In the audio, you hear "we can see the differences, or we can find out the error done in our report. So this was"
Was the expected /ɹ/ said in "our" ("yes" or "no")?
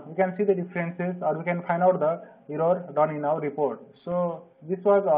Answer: no